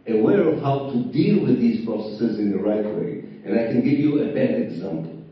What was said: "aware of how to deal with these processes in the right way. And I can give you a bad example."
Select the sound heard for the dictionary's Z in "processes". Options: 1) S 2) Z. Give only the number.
2